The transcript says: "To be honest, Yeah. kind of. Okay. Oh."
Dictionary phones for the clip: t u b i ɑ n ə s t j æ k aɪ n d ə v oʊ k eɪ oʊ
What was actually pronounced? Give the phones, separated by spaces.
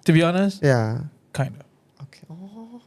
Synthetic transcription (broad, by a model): t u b i ɑ n ə s t j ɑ k aɪ n d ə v oʊ k eɪ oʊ